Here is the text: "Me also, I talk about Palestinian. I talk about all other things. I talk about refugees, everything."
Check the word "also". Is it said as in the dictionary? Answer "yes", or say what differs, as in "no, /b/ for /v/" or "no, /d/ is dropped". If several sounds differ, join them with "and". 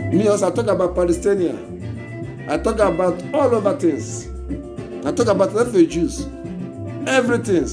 no, /l/ is dropped